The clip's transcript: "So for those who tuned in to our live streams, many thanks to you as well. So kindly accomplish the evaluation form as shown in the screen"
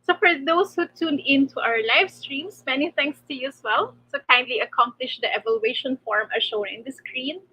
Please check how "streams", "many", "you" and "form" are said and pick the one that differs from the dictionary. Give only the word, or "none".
streams